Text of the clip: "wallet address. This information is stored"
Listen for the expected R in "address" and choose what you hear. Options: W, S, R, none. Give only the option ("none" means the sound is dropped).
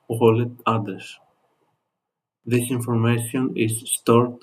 none